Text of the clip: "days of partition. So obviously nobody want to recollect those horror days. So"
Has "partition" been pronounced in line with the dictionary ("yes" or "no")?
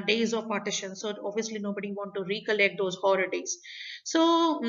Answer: yes